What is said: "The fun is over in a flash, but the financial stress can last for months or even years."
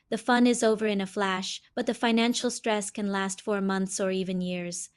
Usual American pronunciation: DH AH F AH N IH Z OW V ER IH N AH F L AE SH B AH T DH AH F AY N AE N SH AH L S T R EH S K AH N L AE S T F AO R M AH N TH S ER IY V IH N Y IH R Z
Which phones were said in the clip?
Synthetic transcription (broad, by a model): DH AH F AH N IH Z OW V ER IH N AH F L AE SH B AH T DH AH F AY N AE N SH L S T R EH S K AH N L AE S T F AO R M AH N TH S ER IY V IH N Y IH R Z